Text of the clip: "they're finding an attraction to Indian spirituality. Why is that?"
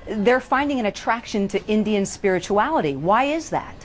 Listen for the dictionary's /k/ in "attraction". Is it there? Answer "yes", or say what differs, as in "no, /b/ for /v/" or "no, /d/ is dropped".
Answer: yes